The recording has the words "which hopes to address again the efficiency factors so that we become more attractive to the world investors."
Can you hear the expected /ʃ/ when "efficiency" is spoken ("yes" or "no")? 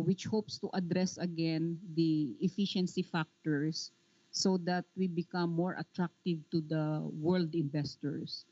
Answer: yes